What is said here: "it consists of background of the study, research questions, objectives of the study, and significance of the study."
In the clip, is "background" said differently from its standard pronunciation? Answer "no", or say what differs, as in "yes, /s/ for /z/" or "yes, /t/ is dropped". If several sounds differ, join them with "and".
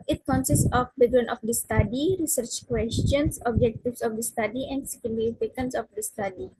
yes, /k/ is dropped and /d/ is dropped